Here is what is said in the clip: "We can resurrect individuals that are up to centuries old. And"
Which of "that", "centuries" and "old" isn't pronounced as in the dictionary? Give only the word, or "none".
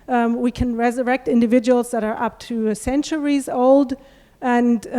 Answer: none